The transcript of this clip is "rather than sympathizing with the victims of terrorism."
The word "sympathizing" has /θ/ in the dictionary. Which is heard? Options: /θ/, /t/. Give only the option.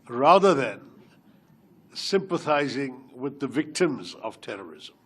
/θ/